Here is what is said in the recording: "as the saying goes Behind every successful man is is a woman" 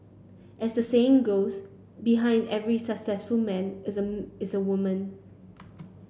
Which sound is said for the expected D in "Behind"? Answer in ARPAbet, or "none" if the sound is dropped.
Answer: D